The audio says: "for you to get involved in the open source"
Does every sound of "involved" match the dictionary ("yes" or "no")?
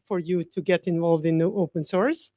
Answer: yes